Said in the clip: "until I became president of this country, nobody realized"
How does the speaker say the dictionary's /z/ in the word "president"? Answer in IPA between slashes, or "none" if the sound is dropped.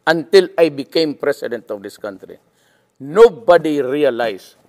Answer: /s/